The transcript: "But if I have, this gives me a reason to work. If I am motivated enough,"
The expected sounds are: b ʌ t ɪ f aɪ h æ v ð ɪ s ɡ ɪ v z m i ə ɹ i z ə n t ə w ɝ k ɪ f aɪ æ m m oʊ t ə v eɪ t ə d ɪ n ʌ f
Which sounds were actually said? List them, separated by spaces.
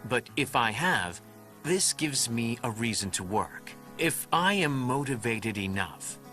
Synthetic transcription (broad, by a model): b ʌ t ɪ f aɪ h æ v ð ɪ s ɡ ɪ v z m i ə ɹ i z ə n t ə w ɝ k ɪ f aɪ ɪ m m oʊ t ə v eɪ t ə d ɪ n ʌ f